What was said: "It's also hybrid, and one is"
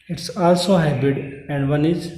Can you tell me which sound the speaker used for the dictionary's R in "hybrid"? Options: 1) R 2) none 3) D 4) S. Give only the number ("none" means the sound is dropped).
2